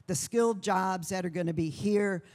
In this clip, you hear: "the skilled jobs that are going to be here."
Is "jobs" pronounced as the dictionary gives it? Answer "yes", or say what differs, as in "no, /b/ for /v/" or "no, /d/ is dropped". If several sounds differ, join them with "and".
yes